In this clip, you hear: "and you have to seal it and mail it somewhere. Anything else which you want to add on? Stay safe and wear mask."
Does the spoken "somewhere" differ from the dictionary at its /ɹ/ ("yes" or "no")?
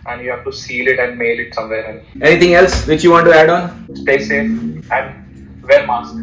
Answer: yes